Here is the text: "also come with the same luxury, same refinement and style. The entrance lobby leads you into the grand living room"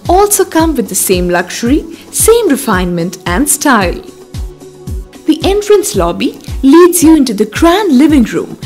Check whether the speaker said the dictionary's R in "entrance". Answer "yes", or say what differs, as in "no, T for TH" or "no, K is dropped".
yes